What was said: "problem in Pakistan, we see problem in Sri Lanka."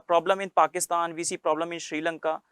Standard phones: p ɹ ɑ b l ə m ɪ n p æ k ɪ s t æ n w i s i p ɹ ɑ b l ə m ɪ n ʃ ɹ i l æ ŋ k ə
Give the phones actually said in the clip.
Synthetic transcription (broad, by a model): p ɹ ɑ b l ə m ɪ n p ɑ k ɪ s t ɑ n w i s i p ɹ ɑ b l ə m ɪ n ʃ ɹ i l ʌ ŋ k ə